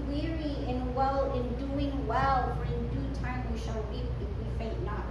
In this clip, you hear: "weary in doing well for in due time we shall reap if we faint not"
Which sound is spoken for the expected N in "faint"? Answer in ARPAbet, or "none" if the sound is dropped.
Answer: none